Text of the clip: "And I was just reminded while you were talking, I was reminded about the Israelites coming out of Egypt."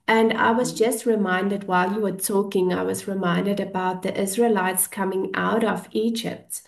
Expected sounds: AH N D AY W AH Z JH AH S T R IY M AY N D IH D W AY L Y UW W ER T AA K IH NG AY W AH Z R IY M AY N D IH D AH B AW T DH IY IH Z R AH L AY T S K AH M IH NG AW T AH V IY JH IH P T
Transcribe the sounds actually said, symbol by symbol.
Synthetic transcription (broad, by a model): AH N D AY W AH Z JH AH S T R IY M AY N D IH D W AY L Y UW W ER T AA K IH NG AY W AH Z R IY M AY N D IH D AH B AW T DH IY IH Z R AH L AY T S K AH M IH NG AW T AH V IY JH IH P T